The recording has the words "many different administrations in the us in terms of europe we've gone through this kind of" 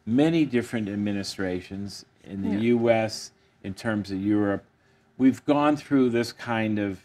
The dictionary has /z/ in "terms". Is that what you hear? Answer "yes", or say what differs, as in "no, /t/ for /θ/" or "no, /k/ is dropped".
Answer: yes